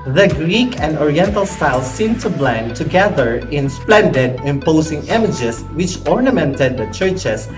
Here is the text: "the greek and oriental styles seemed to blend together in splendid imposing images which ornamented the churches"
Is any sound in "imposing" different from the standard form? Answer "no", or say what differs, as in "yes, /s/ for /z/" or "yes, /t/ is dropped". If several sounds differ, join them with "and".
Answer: yes, /s/ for /z/